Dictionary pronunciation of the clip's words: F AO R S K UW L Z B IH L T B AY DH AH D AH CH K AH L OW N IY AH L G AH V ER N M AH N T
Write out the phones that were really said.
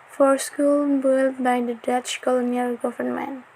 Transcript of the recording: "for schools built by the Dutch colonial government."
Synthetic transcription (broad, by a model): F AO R S K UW L B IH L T B AY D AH D AH CH K AH L OW N IY AH L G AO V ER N M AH N